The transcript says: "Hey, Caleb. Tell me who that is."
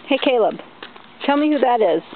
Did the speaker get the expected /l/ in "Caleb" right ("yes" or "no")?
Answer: yes